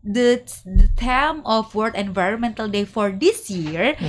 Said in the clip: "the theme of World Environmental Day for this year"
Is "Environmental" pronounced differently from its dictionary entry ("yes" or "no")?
no